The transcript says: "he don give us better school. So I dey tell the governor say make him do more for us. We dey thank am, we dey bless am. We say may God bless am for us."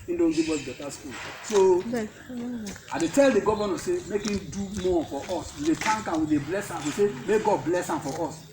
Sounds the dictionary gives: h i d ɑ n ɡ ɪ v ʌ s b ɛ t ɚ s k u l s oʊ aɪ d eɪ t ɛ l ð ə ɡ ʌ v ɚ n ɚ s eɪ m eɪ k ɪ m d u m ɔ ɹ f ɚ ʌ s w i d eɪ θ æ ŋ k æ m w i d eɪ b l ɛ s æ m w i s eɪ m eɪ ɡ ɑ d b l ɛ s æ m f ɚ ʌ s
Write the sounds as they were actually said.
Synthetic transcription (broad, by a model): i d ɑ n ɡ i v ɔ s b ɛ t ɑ s k u l s oʊ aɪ d eɪ t ɛ l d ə ɡ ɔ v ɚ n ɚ s eɪ m eɪ k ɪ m d u m ɔ f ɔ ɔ s w i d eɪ t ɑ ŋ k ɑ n w i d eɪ b l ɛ s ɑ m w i s eɪ m eɪ ɡ ɑ d b l ɛ s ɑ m f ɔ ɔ s